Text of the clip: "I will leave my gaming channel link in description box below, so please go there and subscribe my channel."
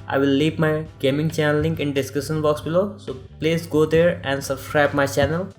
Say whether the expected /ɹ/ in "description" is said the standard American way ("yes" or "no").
no